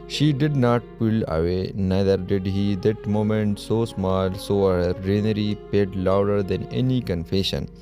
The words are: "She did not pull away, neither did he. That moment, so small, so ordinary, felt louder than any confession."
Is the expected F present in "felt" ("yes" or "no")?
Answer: no